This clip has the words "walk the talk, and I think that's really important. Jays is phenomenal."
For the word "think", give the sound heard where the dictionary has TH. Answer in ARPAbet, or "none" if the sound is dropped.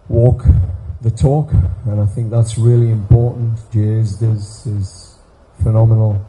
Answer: TH